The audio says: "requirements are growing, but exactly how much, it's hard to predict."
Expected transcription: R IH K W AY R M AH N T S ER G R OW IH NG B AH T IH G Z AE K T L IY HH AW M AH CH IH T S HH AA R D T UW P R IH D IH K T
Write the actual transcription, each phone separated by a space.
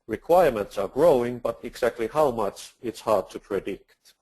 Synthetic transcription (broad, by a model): R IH K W AY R M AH N T S ER G R OW IH NG B AH T IH G Z AE K T L IY HH AW M AH CH IH T S HH AA R D T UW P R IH D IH K T